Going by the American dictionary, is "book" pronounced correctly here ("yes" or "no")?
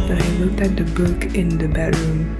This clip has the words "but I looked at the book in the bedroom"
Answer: yes